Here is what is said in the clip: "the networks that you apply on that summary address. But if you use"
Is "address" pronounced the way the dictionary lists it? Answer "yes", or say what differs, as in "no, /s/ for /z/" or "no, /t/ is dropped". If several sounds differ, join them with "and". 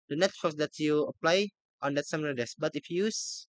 no, /ɹ/ is dropped